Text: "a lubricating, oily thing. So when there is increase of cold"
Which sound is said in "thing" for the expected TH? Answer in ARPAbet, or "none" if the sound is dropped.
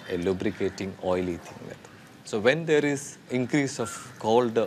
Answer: T